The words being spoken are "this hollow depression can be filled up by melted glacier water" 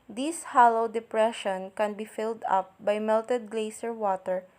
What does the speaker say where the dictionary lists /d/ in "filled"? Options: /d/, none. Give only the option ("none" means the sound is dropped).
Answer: /d/